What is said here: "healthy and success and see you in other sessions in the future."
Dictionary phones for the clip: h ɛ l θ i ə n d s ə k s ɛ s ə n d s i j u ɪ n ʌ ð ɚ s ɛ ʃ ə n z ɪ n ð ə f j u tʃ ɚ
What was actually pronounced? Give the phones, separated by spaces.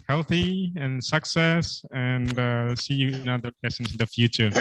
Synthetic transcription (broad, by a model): h ɛ l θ i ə n s ə k s ɛ s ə n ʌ s i j u ɪ n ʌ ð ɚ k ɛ s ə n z ɪ n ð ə f j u tʃ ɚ